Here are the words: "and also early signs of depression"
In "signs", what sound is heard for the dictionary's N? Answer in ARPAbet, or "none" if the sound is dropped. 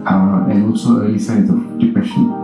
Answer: none